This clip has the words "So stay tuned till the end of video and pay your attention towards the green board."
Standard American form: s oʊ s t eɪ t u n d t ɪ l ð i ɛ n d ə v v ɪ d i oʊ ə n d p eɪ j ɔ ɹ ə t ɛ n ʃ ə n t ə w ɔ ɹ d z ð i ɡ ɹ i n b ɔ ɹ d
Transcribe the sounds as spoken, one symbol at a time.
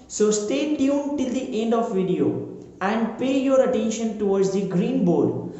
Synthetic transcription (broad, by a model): s oʊ s t eɪ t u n t ɪ l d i ɛ n d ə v v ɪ d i oʊ ə n d p eɪ j ɔ ɹ ə t ɛ n ʃ ə n t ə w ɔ ɹ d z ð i ɡ ɹ i n b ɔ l